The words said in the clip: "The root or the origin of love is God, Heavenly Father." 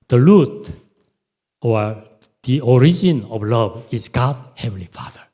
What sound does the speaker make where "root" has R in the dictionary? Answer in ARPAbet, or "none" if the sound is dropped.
L